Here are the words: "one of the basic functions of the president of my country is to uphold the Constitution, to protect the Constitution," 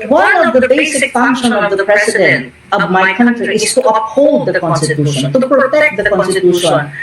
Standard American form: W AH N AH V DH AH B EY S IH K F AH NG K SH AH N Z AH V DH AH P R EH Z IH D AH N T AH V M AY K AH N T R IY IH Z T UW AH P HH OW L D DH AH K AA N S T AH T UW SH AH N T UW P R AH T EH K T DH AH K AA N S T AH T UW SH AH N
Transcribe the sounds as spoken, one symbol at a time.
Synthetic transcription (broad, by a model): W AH N AH V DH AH B EY S IH K F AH NG K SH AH N AH V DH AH P R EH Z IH D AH N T AH V M AY K AH N T R IY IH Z T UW AH P HH OW L D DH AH K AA N S T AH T UW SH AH N T UW P R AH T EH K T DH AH K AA N S T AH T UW SH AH N